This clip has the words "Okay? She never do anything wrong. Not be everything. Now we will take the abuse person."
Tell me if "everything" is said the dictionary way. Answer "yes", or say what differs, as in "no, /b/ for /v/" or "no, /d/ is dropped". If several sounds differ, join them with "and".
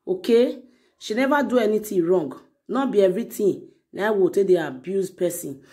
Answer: no, /t/ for /θ/